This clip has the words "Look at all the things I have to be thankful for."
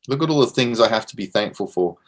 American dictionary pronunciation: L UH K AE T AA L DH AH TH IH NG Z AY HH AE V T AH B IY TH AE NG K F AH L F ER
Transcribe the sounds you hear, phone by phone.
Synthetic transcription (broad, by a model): L UH K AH T AA L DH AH TH IH NG Z AY HH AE F T AH B IY TH AE NG K F AH L F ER